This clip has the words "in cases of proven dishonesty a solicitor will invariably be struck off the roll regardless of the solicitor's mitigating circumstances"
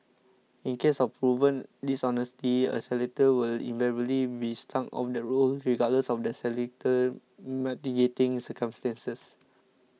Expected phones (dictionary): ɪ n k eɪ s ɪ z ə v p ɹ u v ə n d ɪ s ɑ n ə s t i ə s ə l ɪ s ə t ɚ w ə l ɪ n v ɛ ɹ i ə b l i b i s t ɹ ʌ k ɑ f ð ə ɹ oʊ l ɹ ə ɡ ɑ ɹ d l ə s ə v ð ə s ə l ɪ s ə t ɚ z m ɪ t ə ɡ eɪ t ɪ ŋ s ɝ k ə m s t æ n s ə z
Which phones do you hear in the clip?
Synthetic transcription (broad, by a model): ɪ n k eɪ s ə f p ɹ u v ə n d ɪ s ɑ n ə s t i ə s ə l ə t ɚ w ə l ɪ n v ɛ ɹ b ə l i b i s t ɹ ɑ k ɑ f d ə ɹ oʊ l ɹ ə ɡ ɑ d l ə s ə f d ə s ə l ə t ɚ m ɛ t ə ɡ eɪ t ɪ ŋ s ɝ k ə m s t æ n s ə s